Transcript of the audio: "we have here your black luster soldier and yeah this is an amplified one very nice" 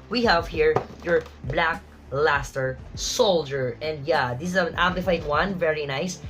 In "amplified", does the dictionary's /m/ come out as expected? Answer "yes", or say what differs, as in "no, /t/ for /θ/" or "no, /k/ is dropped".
no, /m/ is dropped